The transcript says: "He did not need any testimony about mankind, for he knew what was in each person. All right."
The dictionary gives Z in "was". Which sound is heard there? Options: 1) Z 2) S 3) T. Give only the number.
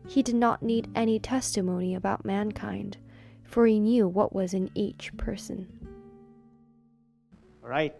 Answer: 1